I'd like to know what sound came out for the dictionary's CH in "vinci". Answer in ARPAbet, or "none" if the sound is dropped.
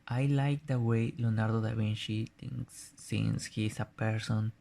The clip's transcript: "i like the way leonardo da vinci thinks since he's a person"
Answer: SH